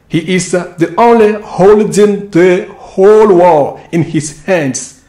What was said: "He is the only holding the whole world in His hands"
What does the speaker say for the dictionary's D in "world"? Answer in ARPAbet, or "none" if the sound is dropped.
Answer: none